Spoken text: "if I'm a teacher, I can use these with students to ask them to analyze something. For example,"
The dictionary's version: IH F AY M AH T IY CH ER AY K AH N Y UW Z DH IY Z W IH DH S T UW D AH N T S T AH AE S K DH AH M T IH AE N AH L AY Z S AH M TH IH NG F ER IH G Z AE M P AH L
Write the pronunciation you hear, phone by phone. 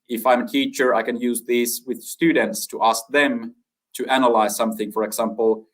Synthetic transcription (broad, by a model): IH F AY M AH T IY CH ER AY K AH N Y UW Z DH IY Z W IH DH S T UW D N T S T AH AE S K DH AH M T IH AE N AH L AY Z S AH M TH IH NG F ER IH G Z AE M P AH L